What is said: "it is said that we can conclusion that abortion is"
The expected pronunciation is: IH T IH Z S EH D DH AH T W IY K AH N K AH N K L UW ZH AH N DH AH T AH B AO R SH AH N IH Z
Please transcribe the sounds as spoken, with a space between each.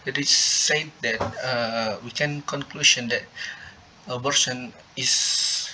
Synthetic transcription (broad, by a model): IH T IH S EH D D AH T W IY K AH N K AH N K L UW SH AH N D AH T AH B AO R S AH N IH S